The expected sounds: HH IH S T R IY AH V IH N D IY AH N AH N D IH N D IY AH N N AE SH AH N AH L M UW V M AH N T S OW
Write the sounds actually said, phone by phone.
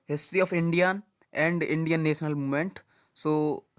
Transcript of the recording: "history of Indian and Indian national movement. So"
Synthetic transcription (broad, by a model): HH IH S T R IY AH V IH N D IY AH N AH N D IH N D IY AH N N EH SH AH N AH L M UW M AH N T S OW